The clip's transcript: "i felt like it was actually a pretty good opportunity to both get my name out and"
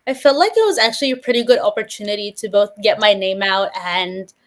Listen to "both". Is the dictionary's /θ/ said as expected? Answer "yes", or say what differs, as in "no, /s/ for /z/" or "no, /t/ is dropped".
yes